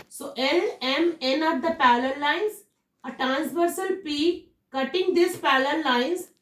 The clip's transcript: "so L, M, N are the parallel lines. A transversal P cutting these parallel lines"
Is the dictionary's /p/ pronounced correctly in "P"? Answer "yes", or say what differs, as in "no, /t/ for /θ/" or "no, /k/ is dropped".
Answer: yes